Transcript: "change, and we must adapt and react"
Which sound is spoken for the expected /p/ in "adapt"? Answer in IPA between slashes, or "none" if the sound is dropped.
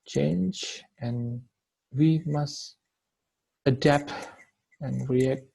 /p/